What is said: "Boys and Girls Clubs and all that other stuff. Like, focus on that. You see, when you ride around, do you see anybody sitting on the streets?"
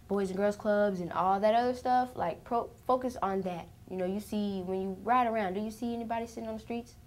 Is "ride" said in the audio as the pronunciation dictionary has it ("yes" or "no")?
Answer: yes